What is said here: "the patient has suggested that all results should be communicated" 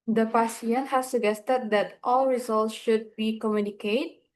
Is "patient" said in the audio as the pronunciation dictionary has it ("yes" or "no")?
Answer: no